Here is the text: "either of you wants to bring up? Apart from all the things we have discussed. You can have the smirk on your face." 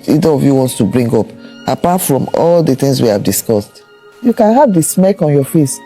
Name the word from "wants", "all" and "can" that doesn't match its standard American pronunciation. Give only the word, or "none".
none